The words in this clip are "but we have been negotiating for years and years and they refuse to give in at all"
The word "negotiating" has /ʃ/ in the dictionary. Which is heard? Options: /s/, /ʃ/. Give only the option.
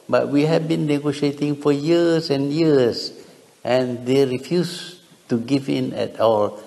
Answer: /ʃ/